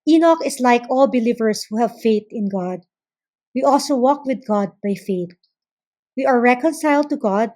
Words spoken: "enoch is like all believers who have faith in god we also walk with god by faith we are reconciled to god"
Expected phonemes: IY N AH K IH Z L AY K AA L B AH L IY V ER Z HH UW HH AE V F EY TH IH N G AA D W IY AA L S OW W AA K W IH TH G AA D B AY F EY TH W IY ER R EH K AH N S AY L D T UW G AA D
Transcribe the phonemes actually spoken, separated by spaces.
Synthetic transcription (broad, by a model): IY N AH K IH S L AY K AA L B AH L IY V ER S HH UW HH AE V F EY TH IH N G AA D W IY AA L S OW W AA K W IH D G AA D B AY F EY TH W IY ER R EH K AH N S AY L D T UW G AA D